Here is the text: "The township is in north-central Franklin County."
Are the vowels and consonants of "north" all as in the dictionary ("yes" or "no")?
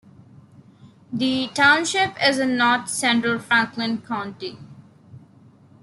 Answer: no